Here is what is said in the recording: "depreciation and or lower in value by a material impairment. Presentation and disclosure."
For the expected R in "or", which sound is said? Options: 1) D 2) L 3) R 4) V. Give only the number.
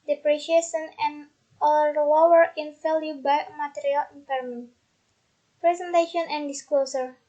2